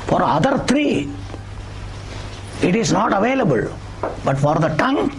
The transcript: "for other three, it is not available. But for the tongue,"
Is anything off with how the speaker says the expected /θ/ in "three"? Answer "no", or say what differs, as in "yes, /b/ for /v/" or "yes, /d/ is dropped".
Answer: yes, /t/ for /θ/